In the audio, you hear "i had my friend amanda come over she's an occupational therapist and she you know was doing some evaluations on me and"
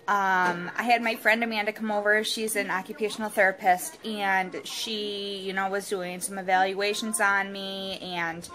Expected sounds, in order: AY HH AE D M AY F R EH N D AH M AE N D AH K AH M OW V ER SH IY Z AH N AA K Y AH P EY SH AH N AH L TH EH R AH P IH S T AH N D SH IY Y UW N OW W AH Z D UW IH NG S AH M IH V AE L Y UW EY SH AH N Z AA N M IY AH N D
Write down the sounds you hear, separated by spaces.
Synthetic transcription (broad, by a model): AY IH D M AY F R EH N D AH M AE N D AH K AH M OW V ER SH IY Z AH N AA K Y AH P EY SH N L TH EH R AH P IH S T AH N SH IY Y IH N OW W AH Z D UW IH NG S AH M IH V AE L Y UW EY SH AH N Z N M IY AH N